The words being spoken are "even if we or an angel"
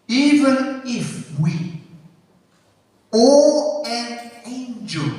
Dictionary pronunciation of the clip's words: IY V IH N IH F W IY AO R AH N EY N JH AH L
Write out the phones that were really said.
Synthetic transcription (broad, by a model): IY V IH N IH F W IY AO L AH N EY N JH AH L